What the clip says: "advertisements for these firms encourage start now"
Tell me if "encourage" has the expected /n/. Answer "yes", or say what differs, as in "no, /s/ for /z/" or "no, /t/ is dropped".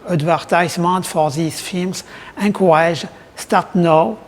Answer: no, /n/ is dropped